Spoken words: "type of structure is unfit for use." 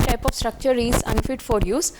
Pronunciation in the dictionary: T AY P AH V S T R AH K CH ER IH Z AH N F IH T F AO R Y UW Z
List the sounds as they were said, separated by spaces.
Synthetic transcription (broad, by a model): T AY P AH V S T R AH K CH ER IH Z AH N F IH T F AO R Y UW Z